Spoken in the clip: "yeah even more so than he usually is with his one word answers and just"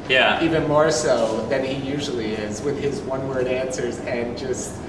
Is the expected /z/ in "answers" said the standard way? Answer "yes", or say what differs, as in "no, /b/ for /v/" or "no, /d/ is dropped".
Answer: yes